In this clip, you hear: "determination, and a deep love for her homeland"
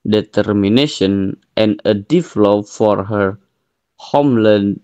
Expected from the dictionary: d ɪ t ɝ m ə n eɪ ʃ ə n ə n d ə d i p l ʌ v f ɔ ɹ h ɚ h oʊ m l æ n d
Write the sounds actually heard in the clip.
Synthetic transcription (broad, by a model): d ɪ t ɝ m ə n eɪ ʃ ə n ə n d ə d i f l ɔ p f ɔ ɹ h ɚ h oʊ m l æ n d